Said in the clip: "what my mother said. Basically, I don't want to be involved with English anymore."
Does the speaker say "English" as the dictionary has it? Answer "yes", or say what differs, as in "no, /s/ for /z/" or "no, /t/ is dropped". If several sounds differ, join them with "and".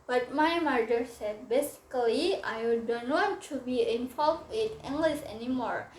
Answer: no, /s/ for /ʃ/